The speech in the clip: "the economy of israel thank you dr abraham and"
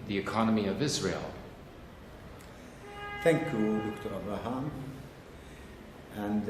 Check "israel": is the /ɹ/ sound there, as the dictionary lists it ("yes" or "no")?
yes